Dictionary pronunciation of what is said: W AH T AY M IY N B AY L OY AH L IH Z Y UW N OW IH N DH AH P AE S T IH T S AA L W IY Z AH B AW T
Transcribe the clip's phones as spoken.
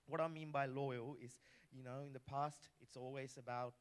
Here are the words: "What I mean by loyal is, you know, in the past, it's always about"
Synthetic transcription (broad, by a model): W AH T AY M IY N B AY L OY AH L IH Z Y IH N OW IH N DH AH P AE S T IH T S AA L W IY Z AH B AW T